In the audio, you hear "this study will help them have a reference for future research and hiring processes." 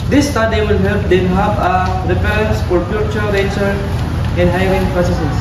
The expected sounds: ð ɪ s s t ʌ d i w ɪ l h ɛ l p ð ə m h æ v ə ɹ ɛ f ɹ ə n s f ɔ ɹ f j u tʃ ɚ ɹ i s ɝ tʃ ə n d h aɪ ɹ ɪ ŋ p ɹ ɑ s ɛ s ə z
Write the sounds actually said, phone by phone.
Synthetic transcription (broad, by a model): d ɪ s s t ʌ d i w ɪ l h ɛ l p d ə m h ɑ p ə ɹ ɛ p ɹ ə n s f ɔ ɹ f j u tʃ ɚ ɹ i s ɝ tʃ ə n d h aɪ ɹ ɪ ŋ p ɹ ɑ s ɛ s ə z